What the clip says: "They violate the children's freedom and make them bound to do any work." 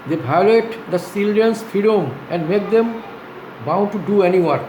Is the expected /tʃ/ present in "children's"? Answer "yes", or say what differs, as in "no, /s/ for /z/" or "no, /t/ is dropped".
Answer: no, /s/ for /tʃ/